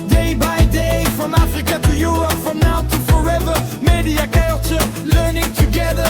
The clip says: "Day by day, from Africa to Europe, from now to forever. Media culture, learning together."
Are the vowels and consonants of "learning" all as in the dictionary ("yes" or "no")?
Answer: yes